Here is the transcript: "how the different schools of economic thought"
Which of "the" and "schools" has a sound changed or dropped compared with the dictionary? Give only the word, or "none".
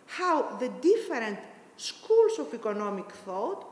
schools